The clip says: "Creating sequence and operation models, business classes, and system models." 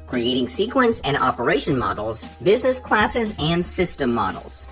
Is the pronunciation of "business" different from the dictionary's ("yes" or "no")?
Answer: no